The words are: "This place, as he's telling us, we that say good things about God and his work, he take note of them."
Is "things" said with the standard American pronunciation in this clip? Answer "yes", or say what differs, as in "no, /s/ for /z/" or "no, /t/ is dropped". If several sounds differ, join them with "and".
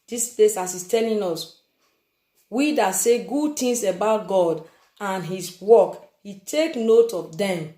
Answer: no, /t/ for /θ/ and /s/ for /z/